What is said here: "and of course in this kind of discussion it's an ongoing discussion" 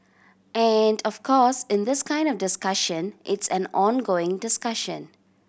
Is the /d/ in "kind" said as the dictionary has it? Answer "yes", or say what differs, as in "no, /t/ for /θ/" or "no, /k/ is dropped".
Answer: yes